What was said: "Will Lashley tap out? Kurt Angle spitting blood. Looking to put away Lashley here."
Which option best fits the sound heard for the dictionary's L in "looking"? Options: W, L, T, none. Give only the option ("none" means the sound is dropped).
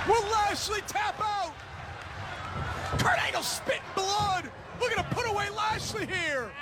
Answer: W